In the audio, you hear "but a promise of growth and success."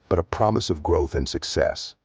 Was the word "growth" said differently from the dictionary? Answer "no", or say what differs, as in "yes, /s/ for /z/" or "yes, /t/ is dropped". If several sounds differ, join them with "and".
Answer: no